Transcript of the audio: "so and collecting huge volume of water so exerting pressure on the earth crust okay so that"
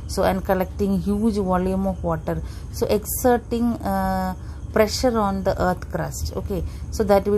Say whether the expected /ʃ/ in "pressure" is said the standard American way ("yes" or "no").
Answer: yes